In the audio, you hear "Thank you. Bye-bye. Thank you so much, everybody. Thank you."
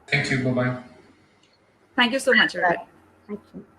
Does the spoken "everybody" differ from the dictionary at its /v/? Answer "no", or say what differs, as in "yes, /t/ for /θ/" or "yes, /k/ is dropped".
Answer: yes, /v/ is dropped